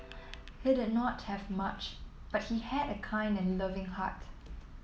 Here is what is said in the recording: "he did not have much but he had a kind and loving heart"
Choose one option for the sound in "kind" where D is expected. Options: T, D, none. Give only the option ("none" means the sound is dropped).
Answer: D